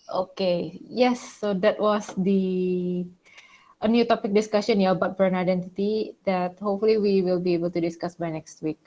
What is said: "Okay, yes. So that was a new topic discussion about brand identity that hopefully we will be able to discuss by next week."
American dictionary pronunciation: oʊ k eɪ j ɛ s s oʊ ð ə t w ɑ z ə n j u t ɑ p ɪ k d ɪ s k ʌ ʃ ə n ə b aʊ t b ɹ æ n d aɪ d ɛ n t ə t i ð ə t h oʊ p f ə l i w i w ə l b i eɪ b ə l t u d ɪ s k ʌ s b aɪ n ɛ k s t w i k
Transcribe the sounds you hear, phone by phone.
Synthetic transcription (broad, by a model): oʊ k eɪ j ɛ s s oʊ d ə t w ɑ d ə n j u t ɑ p ɪ k d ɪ s k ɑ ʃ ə n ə b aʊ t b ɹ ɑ n aɪ d ɛ n t ə t i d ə t h oʊ p f ə l i w i w ə l b i eɪ b ə l t u d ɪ s k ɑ s b aɪ n ɛ k s t w i k